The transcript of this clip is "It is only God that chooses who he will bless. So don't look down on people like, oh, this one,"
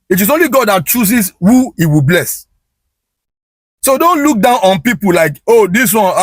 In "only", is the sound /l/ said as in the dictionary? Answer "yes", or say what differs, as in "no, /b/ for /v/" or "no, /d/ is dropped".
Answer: yes